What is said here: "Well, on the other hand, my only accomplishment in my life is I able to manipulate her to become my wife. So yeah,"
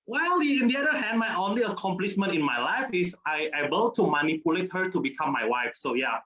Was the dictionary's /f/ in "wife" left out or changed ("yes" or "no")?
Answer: no